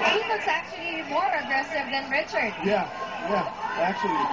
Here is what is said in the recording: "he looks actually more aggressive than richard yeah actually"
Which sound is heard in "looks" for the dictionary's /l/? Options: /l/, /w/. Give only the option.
/w/